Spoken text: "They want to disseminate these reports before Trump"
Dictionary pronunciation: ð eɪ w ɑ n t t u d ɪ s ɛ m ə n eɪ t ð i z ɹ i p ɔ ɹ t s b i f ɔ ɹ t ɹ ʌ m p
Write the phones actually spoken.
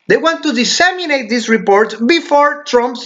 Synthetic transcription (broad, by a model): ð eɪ w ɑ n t t u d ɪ s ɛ m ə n eɪ t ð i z ɹ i p ɔ ɹ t b i f ɔ ɹ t ɹ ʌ m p